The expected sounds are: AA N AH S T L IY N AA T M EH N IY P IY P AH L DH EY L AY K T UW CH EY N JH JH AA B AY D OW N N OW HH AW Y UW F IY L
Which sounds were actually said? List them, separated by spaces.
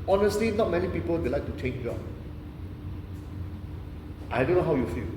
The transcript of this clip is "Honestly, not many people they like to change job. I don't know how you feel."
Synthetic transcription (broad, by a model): AA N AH S T L IY N AA T M EH N IY P IY P AH L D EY L AY K T UW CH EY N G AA AY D OW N N OW HH AW Y UW F IY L